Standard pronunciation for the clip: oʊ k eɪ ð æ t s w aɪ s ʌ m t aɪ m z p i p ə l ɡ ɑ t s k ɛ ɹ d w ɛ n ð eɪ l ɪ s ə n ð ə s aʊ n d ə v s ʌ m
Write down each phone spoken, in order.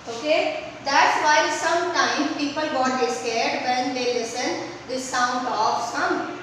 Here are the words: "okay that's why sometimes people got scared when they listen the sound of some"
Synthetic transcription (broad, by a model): oʊ k eɪ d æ t s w aɪ s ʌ m t aɪ m p i p ə l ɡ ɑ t s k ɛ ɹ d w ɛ n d eɪ l ɪ s ə n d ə s aʊ n d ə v s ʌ m